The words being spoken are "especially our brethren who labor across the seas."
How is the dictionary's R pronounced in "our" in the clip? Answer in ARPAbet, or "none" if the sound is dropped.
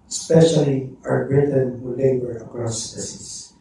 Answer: W